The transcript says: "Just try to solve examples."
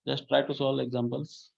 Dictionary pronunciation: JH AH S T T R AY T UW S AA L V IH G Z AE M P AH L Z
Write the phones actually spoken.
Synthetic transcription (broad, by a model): JH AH S T T R AY T UW S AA L IH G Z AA M P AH L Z